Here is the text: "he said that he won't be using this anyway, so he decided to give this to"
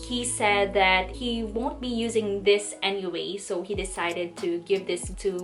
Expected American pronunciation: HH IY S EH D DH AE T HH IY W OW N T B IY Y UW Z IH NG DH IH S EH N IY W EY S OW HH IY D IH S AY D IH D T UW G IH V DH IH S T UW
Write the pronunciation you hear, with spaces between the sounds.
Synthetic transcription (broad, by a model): HH IY S EH D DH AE T HH IY W OW N T B IY Y UW Z IH NG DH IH S EH N IY W EY S OW HH IY D IH S AY D IH D T UW G IH V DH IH S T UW